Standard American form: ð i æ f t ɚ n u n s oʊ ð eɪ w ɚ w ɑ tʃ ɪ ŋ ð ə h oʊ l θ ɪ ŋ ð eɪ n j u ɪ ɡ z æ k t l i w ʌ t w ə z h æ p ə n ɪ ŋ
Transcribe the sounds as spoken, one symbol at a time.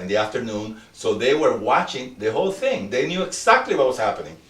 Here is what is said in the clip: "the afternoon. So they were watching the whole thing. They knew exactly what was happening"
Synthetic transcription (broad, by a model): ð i æ f t ɚ n u n s oʊ ð eɪ w ɚ w ɑ tʃ ɪ ŋ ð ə h oʊ l θ ɪ ŋ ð eɪ n j u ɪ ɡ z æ k t l i w ʌ t w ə s h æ p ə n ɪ ŋ